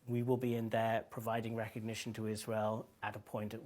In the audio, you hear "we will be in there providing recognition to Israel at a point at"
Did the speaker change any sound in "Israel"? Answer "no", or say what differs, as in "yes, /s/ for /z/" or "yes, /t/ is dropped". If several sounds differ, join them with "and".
no